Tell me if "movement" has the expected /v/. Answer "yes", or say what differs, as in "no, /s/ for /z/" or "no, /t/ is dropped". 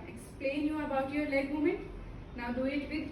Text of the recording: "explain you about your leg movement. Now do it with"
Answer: no, /v/ is dropped